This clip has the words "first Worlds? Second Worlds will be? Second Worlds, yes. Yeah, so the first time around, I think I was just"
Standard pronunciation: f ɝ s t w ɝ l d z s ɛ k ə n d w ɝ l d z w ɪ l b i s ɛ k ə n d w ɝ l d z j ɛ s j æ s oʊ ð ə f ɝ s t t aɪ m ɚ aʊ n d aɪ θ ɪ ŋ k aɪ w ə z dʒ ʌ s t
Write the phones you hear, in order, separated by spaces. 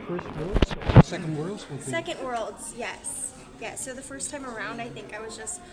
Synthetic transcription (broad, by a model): f ɝ s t w ɝ l d z s ɛ k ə n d w ɝ l d z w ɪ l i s ɛ k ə n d w ɝ l d z j ɛ s j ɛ s oʊ ð ə f ɝ s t t aɪ m ɚ aʊ n d aɪ θ ɪ ŋ k aɪ w ə z dʒ ʌ s t